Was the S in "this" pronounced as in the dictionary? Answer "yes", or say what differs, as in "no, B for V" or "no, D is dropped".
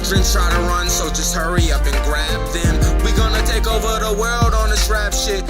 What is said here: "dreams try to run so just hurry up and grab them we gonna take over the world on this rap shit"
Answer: no, SH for S